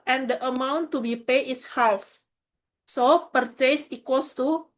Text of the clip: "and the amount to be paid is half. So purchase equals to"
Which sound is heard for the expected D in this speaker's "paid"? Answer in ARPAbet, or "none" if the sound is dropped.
none